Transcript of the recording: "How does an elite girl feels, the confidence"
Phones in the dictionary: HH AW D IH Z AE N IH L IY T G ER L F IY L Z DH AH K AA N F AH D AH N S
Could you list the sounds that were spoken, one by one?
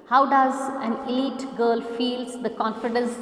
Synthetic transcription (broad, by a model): HH AW D IH Z AE N IH L IY T G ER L F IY L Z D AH K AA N F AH D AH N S